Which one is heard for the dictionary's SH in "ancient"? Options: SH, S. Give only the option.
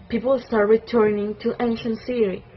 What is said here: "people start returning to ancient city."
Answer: SH